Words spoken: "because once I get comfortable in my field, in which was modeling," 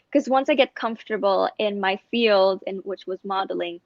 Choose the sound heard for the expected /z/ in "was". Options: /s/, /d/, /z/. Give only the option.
/z/